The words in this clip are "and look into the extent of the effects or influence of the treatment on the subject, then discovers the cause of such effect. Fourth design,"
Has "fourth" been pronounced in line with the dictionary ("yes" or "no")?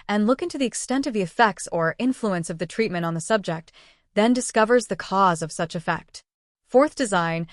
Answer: yes